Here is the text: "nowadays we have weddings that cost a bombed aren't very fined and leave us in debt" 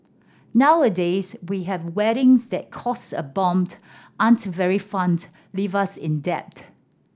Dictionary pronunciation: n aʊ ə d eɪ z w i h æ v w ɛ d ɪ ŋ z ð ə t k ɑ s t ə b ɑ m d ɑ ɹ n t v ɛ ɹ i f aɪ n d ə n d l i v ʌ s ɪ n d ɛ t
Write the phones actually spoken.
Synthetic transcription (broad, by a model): n aʊ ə d eɪ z w i h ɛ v w ɛ d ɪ ŋ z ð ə t k ɑ s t ə b ɑ m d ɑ n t v ɛ ɹ i f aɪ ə n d l i v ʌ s ɪ n d ɛ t